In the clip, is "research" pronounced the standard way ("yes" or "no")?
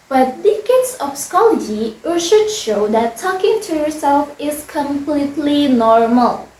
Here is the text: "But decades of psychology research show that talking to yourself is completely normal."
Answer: no